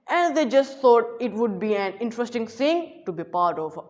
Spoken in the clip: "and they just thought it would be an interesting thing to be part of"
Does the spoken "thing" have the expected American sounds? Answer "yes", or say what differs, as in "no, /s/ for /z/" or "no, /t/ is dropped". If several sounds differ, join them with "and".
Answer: no, /s/ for /θ/